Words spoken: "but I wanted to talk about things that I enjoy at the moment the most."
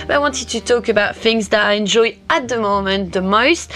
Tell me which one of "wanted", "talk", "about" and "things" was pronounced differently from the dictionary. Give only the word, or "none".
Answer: none